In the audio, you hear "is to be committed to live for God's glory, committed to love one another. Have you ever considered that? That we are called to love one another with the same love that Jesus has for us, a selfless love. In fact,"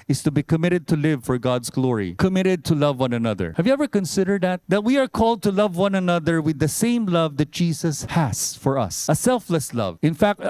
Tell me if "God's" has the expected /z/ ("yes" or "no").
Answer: no